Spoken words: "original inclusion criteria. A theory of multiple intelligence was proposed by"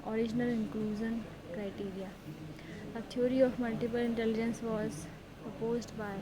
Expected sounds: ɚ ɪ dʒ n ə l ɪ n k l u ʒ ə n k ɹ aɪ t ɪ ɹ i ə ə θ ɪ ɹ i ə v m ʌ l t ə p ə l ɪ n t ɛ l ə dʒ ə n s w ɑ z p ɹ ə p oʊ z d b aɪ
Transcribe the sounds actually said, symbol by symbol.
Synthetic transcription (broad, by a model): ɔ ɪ dʒ n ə l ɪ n k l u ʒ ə n k ɹ aɪ t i ɹ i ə ə t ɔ ɹ i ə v m ʌ l t ə p ə l ɪ n t ɛ l ə dʒ ə n s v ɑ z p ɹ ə p oʊ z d b aɪ